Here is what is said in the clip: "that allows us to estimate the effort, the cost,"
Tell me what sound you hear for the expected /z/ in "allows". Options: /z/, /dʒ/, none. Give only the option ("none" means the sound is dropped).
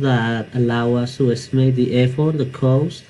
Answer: none